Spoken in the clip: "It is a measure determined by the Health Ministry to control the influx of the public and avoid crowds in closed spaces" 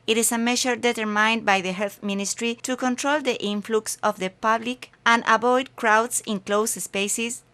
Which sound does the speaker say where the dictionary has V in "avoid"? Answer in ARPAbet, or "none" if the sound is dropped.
B